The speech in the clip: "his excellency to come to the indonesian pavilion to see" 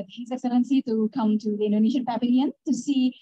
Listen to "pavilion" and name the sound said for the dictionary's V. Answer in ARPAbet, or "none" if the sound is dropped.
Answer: B